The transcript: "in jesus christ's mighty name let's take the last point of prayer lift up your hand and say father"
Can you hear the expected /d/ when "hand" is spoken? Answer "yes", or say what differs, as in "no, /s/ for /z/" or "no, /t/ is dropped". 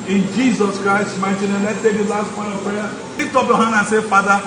no, /d/ is dropped